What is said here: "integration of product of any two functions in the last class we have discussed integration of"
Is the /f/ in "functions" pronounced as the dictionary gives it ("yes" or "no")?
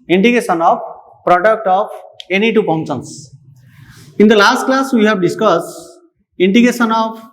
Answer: no